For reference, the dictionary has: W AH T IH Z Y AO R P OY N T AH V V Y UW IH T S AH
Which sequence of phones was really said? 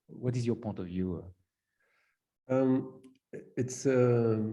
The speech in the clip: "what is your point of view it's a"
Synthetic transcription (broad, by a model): W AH T IH Z Y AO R P OY N T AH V V Y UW IH T S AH